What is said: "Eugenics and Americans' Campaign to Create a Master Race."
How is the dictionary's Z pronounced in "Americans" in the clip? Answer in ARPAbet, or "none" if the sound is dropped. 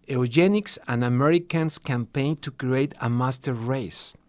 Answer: S